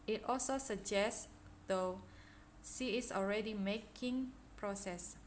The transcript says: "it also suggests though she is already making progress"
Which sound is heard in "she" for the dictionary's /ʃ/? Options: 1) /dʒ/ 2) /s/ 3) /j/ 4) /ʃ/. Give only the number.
2